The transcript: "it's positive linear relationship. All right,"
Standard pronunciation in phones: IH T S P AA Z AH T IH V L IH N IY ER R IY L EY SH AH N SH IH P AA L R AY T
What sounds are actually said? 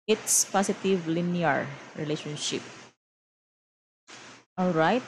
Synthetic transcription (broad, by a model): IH T S P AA S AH T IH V L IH N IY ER R IY L EY SH AH N SH IH P AA L R AY T